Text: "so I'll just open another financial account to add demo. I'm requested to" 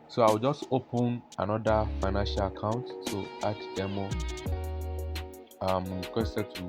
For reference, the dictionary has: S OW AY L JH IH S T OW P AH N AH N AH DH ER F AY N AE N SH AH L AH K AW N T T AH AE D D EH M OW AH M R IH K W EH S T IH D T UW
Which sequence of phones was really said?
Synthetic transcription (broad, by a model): S OW AY W JH IH S T OW P AH N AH N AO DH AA F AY N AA N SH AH L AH K AW N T T AH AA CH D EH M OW AH M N K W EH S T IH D T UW